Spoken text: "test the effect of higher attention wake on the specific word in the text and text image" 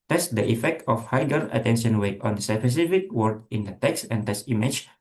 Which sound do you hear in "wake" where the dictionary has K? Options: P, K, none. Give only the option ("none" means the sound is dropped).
none